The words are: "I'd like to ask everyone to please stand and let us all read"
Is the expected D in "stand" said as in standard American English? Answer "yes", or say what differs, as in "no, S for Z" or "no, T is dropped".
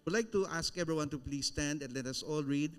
yes